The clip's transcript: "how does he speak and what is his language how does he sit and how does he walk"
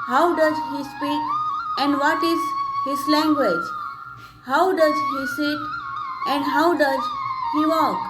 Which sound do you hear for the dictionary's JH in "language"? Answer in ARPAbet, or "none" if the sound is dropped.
JH